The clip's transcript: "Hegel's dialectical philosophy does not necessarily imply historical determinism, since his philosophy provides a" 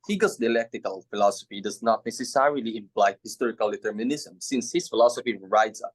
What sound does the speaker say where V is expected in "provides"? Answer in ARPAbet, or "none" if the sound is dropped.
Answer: none